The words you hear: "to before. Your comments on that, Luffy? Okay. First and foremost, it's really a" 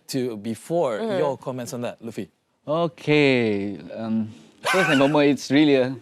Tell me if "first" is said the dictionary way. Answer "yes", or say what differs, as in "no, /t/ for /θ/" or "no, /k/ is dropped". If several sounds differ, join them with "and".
no, /t/ is dropped